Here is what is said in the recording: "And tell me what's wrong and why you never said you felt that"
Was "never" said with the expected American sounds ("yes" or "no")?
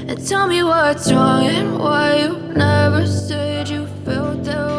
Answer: yes